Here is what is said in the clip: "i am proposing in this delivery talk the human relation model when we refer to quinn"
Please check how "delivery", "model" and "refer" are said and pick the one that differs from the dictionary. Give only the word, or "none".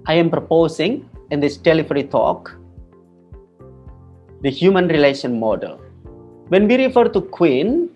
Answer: delivery